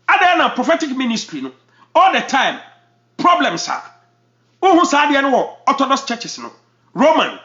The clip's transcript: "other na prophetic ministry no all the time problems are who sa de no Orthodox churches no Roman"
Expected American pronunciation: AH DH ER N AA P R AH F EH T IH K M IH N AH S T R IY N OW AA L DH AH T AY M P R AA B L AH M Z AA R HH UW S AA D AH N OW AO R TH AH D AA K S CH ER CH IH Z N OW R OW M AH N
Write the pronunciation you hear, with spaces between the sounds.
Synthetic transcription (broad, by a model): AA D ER N AA P R AH F EH T IH K M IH N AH S T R IY N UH AA L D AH T AY M P R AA B L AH M S AA W HH UW S AA D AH N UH AO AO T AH D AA S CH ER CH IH S N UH R OW M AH N